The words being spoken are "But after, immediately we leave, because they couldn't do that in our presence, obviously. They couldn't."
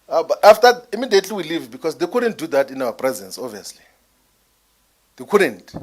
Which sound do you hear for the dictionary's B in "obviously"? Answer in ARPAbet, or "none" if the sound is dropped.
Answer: none